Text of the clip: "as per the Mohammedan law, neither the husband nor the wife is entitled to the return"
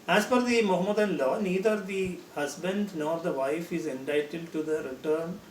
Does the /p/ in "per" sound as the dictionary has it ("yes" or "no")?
no